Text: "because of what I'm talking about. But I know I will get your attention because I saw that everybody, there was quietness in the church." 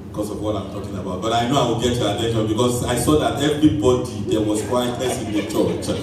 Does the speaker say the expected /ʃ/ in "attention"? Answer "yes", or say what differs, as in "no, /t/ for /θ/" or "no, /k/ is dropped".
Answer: no, /ʃ/ is dropped